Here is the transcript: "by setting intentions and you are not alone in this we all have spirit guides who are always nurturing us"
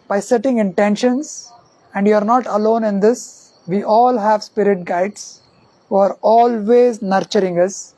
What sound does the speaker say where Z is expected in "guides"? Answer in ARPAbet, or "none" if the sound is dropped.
S